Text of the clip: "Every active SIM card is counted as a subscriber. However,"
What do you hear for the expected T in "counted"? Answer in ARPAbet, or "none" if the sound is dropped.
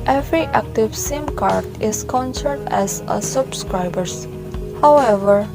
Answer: S